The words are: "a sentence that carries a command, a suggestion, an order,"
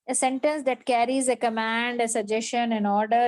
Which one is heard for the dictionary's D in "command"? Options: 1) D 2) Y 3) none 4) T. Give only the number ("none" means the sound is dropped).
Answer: 1